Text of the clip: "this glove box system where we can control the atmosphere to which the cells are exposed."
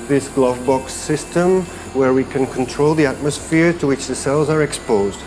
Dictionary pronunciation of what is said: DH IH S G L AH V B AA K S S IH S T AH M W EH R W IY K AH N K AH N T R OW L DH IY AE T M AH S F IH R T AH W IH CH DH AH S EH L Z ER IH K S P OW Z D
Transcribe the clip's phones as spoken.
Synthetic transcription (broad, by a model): DH IH S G L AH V B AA K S S IH S T AH M W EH R W IY K AH N K AH N T R OW L DH IY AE T M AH S F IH R T AH W IH CH DH AH S EH L Z ER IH K S P OW Z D